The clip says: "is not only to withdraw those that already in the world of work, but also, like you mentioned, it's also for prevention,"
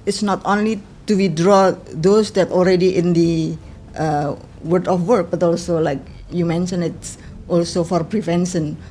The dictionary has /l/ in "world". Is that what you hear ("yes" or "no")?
no